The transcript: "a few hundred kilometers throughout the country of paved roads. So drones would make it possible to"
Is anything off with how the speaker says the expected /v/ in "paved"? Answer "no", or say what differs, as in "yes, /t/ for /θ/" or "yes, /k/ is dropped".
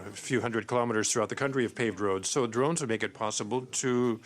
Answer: no